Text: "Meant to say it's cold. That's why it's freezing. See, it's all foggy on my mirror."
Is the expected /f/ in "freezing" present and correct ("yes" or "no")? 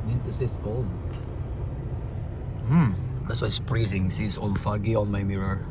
no